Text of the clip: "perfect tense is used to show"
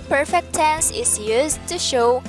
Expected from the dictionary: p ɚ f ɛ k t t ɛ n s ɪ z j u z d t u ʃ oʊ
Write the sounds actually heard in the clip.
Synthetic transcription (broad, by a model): p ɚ f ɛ k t t ɛ n s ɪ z j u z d t u ʃ oʊ